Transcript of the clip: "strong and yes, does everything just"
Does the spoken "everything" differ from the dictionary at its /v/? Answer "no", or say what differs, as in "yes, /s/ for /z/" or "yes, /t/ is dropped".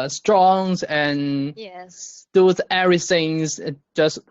yes, /v/ is dropped